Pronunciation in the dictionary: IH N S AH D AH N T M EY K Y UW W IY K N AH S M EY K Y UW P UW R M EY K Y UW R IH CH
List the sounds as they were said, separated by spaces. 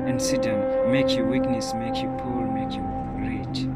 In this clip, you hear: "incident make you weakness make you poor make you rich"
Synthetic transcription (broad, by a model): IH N S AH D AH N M M EY K Y UW W IY K N AH S M EY K Y UW P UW L M EY K Y UW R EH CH